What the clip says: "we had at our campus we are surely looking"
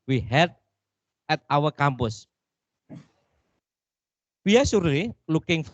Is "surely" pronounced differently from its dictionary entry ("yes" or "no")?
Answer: yes